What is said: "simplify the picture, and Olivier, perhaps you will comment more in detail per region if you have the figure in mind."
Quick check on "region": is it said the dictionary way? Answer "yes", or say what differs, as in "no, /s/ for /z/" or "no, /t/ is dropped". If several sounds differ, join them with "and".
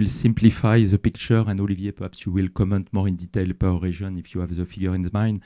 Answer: no, /ʒ/ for /dʒ/